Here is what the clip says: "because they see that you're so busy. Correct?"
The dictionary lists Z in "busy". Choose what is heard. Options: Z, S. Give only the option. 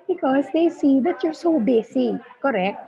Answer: S